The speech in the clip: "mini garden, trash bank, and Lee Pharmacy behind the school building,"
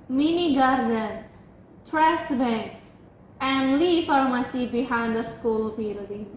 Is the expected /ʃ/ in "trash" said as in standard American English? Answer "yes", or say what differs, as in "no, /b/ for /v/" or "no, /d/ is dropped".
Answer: no, /s/ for /ʃ/